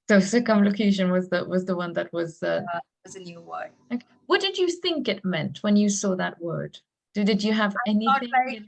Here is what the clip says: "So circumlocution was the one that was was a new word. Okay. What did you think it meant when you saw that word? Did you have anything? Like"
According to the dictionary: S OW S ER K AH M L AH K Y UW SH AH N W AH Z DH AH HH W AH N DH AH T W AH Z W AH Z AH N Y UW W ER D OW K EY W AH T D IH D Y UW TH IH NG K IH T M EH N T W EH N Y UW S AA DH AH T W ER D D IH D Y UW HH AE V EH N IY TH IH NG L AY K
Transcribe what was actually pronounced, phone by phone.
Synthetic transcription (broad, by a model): S OW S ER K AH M L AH K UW SH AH N W AH Z DH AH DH W AH N DH AH T W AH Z W AH Z AH N Y UW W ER OW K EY W AH T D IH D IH TH IH NG K IH T M EH N T W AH N Y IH S AA DH AH T W ER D D IH D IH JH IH V EH N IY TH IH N